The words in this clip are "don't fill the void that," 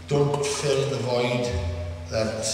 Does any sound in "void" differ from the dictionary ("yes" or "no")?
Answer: no